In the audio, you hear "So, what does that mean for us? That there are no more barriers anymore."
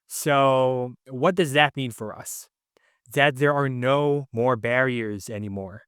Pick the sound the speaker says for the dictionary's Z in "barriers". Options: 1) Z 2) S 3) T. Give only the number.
1